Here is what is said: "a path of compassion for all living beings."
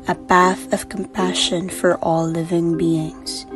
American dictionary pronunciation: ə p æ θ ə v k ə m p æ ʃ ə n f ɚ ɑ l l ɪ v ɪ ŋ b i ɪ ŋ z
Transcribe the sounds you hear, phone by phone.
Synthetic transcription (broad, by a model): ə b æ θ ə v k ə m p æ ʃ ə n f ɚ ɑ l l ɪ v ɪ ŋ b i ɪ ŋ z